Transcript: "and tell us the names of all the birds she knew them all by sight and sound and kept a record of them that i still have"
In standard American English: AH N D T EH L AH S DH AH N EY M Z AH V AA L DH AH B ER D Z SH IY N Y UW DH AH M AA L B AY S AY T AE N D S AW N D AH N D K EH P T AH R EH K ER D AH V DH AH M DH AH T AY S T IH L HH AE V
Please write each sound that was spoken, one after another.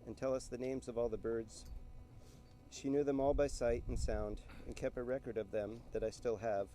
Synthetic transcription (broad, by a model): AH N T EH L AH S DH AH N EY M Z AH V AA L DH AH B ER D Z SH IY N Y UW DH AH M AA L B AY S AY T N S AW N D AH N K EH P T AH R EH K ER D AH V DH AH M DH AH T AY S T IH L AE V